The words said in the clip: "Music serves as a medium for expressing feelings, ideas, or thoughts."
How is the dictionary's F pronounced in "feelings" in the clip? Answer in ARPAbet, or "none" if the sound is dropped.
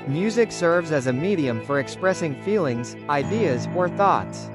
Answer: F